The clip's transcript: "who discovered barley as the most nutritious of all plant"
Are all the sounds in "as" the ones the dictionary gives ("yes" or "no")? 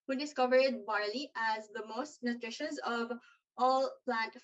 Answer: yes